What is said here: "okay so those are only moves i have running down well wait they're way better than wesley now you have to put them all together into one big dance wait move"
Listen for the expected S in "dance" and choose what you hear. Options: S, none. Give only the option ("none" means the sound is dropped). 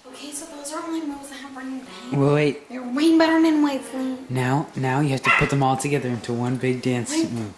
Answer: S